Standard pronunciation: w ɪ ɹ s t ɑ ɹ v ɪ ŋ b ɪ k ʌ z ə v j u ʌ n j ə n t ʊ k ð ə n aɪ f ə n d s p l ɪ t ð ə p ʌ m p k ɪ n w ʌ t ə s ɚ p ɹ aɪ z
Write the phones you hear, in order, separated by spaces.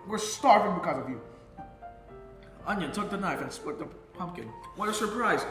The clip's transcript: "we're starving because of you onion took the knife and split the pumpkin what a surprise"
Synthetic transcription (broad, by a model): w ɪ ɹ s t ɑ ɹ v ɪ ŋ b ɪ k ʌ z ə v j u ʌ n j ə n t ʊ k ð ə n aɪ f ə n s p ɪ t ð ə p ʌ m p k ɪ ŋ w ʌ t ə s ɚ p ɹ aɪ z